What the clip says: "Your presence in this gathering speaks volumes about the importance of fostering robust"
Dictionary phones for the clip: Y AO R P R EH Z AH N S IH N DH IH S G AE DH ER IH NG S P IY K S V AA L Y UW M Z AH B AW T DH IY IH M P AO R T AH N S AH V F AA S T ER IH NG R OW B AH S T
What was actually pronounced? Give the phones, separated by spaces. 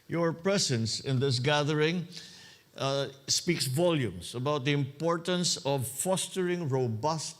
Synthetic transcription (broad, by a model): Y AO R P R EH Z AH N S IH N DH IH S G AE DH ER IH NG S P IY K S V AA L Y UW M S AH B AW T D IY IH M P AO R T AH N S AH V F AA S T ER IH NG R OW B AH S T